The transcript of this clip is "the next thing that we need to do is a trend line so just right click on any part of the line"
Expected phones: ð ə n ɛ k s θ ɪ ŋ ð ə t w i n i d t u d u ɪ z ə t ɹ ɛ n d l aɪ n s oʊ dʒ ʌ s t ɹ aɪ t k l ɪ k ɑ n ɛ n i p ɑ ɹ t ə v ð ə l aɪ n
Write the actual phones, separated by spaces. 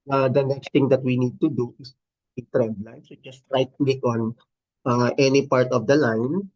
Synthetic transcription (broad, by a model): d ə n ɛ k s t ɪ ŋ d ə t w i n i d t u d u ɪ s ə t ɹ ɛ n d l aɪ n s oʊ dʒ ʌ s t ɹ aɪ t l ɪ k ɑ n ɛ n i p ɑ ɹ t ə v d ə l aɪ n